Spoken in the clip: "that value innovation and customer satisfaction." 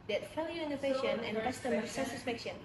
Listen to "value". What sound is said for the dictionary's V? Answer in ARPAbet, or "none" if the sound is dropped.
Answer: F